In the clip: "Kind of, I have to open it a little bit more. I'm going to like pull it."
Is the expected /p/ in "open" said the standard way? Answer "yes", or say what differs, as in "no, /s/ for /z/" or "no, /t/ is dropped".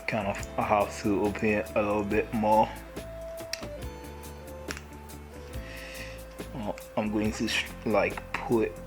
no, /p/ is dropped